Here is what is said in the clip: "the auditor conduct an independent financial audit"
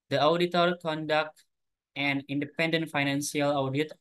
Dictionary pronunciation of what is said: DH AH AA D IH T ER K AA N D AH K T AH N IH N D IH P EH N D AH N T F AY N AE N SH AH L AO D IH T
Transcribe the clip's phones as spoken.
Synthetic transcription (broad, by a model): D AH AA D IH T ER K AA N D AH K T AH N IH N D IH P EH N D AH N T F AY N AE N S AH L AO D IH T